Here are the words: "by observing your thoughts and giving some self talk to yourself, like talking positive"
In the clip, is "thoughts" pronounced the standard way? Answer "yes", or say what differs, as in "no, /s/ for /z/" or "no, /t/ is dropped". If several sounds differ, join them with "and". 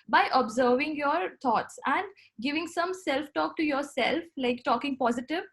no, /t/ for /θ/